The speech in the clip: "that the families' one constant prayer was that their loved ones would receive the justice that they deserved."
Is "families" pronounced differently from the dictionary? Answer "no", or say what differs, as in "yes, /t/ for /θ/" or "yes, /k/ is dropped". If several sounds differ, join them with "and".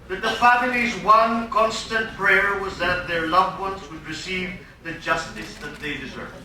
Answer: no